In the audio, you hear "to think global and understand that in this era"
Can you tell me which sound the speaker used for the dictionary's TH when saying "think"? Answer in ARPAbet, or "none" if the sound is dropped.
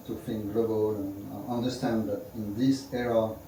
F